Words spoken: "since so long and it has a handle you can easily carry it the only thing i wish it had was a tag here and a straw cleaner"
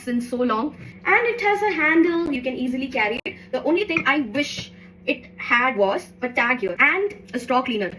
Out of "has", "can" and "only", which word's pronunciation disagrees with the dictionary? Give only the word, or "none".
none